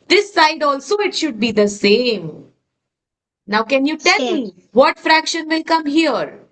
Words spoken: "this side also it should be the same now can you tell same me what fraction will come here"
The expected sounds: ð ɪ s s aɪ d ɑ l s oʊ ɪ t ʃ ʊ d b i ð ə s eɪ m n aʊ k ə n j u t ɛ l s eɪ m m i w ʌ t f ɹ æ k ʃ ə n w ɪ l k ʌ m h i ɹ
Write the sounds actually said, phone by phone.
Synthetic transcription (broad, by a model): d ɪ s s aɪ d ɑ l s oʊ ɪ t ʃ ʊ d b i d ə s eɪ m n aʊ k ə n j u t ɛ l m m i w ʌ t f ɹ æ k ʃ ə n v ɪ l k ʌ m h i ɹ